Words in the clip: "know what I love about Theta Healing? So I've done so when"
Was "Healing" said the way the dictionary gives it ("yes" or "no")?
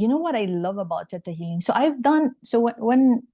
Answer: no